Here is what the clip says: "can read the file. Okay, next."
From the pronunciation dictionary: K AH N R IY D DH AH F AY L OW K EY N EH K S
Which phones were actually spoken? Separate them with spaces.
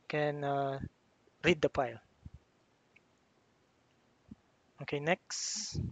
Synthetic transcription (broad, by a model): K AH N R IY D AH P AY L OW K EY N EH K S